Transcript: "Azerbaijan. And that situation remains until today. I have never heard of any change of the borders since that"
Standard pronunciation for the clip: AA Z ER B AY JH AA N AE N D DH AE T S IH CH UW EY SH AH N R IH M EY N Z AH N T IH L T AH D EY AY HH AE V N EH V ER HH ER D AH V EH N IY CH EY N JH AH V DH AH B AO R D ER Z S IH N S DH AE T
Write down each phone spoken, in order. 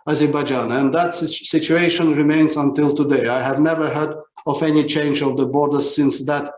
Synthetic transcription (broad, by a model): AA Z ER B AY JH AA N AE N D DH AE T S IH CH UW EY SH AH N R IH M EY N Z AH N T IH L T AH D EY AY HH AE V N EH V ER HH ER D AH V EH N IY CH EY N JH AH V DH AH B AO R D ER Z S IH N S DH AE T